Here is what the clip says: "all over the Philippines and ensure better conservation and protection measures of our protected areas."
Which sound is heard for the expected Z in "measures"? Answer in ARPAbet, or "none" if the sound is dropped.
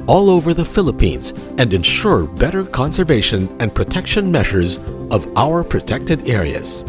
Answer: Z